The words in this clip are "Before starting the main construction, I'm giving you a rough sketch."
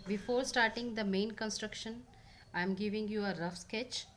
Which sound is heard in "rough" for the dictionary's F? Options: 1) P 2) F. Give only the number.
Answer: 2